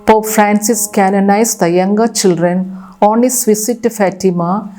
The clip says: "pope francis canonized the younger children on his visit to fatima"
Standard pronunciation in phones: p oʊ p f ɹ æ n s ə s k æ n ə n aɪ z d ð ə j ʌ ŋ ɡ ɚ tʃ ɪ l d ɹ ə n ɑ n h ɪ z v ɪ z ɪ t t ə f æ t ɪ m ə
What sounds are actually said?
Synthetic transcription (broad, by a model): p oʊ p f ɹ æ n s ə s k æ n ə n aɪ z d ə j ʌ ŋ ɡ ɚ tʃ ɪ l d ɹ ə n ɑ n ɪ s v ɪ s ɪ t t f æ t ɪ m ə